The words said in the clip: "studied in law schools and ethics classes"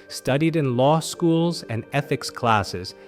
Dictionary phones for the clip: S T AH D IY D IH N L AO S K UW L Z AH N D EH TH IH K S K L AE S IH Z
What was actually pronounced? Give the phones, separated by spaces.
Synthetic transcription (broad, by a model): S T AH D IY D IH N L AO S K UW L Z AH N EH TH IH K S K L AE S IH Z